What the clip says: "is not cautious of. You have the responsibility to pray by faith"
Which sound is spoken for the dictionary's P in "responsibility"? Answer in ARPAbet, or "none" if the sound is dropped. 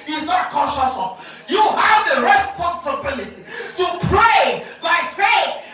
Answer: P